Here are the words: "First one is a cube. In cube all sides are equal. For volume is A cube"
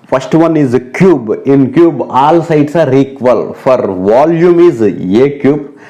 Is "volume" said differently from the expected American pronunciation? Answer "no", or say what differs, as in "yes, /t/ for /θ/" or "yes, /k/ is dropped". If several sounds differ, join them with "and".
no